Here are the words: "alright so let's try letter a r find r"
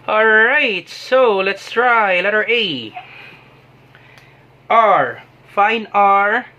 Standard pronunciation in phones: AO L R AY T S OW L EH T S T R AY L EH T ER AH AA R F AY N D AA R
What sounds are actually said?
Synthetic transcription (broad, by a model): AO L R AY T S OW L EH T S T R AY L EH T ER AH AA R F AY N AA R